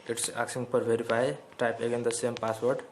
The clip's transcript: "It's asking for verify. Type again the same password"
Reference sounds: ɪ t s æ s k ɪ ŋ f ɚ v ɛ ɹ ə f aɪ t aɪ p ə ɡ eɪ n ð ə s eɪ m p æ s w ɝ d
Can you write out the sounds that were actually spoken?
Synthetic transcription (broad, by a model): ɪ t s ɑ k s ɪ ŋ p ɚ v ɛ ɹ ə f aɪ t aɪ p ə ɡ eɪ n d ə s eɪ m p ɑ s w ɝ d